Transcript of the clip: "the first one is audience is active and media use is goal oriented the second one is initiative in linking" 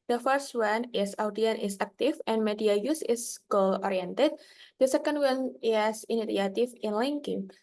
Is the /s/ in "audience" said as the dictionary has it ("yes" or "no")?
no